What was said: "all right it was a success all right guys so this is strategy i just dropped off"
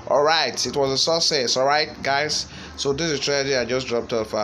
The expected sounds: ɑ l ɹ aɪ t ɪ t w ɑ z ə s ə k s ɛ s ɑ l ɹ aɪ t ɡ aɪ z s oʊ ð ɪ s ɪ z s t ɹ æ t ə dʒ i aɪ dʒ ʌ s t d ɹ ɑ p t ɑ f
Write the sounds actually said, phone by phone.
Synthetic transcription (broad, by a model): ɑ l ɹ aɪ t ɪ t w ɑ z ə s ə s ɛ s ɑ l ɹ aɪ t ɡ aɪ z s oʊ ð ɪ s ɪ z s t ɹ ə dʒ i aɪ dʒ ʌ s d ɹ ɑ p t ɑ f